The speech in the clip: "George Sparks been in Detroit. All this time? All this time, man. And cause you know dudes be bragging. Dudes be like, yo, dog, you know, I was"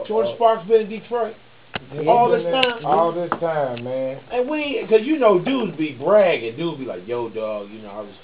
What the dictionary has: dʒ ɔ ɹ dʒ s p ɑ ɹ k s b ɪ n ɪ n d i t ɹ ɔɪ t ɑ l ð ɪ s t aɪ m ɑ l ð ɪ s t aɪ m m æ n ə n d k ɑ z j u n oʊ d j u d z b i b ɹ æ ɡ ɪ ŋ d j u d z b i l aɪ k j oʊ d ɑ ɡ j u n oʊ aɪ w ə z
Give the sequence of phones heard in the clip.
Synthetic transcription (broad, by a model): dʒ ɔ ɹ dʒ s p ɑ k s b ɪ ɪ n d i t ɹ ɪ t ɑ l ð ɪ s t aɪ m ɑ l ð ɪ s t aɪ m m æ n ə n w k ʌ z j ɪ n oʊ d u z b i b ɹ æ ɡ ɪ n d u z b i l aɪ k j oʊ d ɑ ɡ j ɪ n oʊ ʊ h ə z